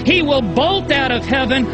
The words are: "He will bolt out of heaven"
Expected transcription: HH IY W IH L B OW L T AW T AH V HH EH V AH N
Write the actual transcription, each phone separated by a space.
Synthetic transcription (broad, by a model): HH IY W IH L B OW L T AW T AH V HH EH V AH N